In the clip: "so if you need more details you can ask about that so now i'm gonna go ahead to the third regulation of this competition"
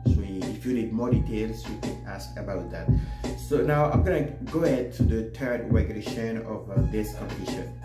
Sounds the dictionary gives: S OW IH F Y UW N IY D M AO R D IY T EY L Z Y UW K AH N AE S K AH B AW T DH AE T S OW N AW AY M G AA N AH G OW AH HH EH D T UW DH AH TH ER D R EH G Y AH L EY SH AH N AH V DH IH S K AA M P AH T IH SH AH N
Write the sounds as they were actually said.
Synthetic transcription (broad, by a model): S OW IH F Y UW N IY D M AO R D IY T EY L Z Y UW K AH N AE S K AH B AW T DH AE T S OW N AW AY M G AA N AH G OW AH HH EH D T UW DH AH T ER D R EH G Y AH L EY SH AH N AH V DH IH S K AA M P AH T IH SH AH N